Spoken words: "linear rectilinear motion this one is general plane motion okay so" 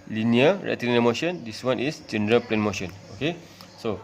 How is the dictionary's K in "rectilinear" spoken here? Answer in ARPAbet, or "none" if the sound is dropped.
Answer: none